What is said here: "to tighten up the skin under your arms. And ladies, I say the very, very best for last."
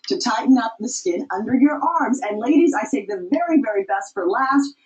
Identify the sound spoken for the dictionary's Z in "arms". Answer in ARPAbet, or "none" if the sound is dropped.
Z